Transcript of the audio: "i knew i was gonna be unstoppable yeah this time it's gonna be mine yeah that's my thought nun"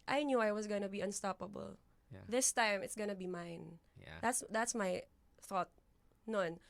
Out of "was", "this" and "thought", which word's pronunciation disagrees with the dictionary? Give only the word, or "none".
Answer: was